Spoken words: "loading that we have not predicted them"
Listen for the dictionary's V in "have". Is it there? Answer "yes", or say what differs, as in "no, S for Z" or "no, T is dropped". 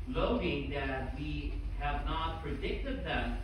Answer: yes